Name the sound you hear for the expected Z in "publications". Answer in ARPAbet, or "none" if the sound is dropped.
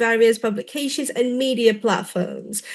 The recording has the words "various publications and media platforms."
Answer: Z